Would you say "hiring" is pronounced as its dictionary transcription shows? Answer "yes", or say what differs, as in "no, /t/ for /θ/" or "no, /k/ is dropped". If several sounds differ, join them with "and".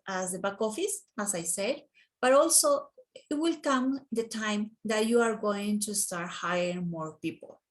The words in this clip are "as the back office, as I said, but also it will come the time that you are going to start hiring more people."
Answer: no, /ɹ/ is dropped